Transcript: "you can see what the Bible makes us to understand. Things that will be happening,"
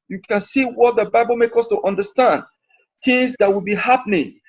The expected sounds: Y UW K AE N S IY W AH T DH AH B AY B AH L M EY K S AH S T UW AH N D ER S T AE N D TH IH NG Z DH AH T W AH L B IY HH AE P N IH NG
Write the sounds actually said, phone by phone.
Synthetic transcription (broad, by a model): Y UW K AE N S IY W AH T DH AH B AY B AH L M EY K AH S T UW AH N D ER S T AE N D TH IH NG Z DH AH T W AH L B IY HH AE P N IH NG